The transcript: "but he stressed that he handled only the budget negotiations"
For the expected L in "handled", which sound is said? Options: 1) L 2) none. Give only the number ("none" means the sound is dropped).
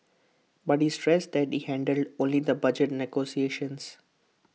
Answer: 1